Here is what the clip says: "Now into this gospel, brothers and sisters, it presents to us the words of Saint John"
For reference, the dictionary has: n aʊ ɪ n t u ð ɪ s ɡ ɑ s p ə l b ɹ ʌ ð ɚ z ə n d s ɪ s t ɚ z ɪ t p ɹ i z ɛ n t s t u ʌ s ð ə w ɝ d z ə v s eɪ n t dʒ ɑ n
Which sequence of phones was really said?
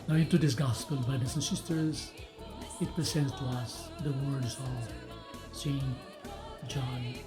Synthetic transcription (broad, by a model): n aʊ ɪ n t u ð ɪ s ɡ ɑ s p ə l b ʌ ɪ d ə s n s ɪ s t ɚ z ɪ t p ɹ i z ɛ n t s t u ʌ s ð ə w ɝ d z ə v s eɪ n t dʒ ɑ n